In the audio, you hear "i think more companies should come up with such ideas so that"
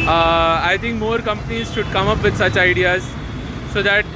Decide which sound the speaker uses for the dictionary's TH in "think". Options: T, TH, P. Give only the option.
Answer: T